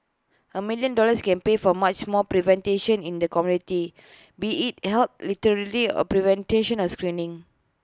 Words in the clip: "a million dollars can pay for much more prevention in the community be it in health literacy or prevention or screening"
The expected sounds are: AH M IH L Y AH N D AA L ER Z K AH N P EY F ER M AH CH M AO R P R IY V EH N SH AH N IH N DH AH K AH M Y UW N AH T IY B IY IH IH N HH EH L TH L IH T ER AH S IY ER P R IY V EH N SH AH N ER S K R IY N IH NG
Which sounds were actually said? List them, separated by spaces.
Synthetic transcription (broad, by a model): AH M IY L Y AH N D AA L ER S K AH N P EY F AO M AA CH M AO P R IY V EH N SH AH N IH N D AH K AH M Y UW N AH T IY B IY IH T HH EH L T L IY T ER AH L IY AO P R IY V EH N SH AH N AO S K R IY N IH NG